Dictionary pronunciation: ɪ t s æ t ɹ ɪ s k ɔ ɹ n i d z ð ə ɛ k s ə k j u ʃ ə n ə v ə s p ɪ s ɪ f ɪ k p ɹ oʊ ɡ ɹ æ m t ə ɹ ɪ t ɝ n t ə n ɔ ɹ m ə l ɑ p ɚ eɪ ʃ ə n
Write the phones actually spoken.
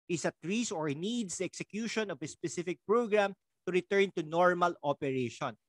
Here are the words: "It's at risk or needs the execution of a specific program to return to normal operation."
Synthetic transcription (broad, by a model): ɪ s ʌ t ɹ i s ɔ ɹ n i d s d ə ɛ k s ə k j u ʃ ə n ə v ə s p ɪ s ɪ f ɪ k p ɹ oʊ ɡ ɹ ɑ m t ə ɹ ɪ t ɝ n t ə n ɔ ɹ m ə l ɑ p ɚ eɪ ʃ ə n